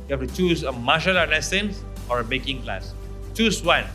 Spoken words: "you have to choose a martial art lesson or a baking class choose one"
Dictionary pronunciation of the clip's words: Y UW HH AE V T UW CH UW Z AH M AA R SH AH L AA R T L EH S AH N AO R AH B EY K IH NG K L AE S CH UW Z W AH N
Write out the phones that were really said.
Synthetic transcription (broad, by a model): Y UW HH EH F T UW CH UW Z AH M AA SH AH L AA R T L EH S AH N AO R AH B EY K IH NG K L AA S CH UW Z W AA N